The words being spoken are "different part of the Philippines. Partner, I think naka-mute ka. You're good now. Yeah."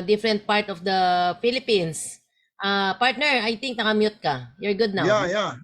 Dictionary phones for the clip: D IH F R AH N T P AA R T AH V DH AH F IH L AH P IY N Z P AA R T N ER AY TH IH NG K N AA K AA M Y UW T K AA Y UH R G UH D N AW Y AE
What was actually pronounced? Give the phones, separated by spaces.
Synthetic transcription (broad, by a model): D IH F R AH N T P AA R T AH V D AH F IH L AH P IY N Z P AA R T N ER AY T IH NG K N AA K AA M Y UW T K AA Y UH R G UH D N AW Y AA